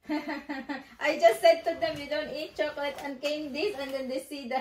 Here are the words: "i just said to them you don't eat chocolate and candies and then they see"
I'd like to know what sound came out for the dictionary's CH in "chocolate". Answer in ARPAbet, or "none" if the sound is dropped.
CH